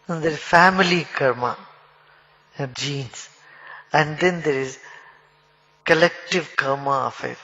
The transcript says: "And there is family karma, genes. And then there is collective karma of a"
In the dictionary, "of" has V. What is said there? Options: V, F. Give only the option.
F